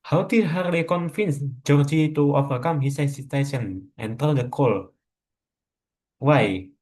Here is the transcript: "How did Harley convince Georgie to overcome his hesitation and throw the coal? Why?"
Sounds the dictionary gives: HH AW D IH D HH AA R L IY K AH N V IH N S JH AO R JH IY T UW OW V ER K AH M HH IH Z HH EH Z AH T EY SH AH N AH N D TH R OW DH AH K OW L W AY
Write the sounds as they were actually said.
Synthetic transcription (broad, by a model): HH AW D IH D HH AA R L IY K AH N F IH N S JH AO R JH IY T UW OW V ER K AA M HH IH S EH S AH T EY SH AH N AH N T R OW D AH K OW L W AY